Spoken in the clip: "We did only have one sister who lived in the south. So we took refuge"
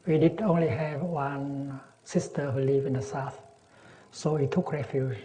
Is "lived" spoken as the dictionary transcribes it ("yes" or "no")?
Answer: no